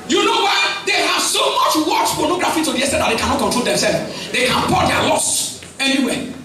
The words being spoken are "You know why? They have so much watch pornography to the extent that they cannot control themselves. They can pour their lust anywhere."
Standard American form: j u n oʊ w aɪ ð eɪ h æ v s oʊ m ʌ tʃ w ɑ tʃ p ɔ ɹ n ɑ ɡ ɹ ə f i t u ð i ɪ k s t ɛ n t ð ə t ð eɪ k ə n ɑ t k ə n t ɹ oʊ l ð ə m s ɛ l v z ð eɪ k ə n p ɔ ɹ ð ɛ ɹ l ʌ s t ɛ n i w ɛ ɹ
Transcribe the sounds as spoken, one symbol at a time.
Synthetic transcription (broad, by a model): j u n oʊ w aɪ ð eɪ h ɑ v s oʊ m ʌ tʃ w ɑ tʃ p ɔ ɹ n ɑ ɡ ɹ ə f i t u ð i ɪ s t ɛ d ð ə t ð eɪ k ə n ɑ t k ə t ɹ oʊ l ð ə m s ɛ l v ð eɪ k ə n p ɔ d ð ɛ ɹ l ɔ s ɛ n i w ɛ